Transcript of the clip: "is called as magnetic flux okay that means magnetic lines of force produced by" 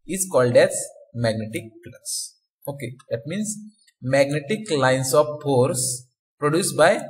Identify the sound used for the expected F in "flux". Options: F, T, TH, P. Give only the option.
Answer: P